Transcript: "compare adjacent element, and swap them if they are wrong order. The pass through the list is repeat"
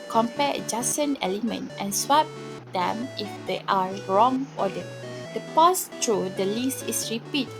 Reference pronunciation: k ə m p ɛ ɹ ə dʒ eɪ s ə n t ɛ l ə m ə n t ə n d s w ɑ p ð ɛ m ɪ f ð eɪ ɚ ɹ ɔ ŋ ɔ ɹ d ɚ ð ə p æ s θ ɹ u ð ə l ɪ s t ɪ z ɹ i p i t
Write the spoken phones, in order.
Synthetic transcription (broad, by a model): k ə m p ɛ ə dʒ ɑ s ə n ɛ l ə m ə n t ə n s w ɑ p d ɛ m ɪ f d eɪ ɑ ɹ ɔ ŋ ɔ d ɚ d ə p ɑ s t ɹ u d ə l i s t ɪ s ɹ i p i t